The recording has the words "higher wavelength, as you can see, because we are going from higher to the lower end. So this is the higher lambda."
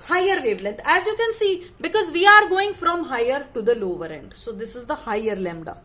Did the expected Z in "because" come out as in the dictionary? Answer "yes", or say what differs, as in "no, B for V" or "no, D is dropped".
yes